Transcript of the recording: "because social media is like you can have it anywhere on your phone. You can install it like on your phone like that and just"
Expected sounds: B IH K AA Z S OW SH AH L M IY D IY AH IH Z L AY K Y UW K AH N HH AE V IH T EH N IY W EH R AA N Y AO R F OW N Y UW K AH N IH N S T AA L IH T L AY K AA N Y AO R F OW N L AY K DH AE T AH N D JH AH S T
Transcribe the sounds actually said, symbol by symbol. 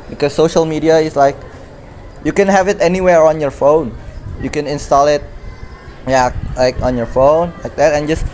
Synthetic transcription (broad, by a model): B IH K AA S OW SH AH L M IY D IY AH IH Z L AY K Y UW K AH N HH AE V IH T EH N IY W EH R AA N Y AO R F OW N Y UW K AH N IH N S T AA L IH T L AY K AA N Y AO R F OW N L AY K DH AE T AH N JH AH S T